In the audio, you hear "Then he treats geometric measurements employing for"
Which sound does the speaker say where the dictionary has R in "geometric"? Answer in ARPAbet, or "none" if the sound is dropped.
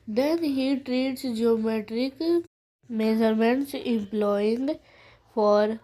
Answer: R